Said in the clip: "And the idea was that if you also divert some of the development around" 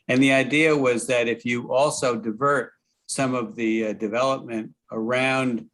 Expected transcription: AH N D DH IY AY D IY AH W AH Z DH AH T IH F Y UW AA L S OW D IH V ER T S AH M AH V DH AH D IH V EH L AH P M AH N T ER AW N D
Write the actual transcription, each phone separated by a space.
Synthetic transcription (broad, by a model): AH N DH IY AY D IY AH W AH Z DH AH T IH F Y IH AA L S OW D IH V ER T S AH M AH V DH AH D IH V EH L AH P M AH N T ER AW N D